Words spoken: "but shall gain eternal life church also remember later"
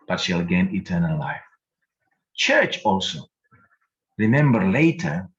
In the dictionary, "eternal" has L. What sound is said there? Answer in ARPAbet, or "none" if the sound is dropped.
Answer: L